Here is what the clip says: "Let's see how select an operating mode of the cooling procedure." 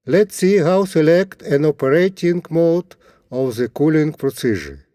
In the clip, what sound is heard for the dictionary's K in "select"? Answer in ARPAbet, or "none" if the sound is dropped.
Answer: K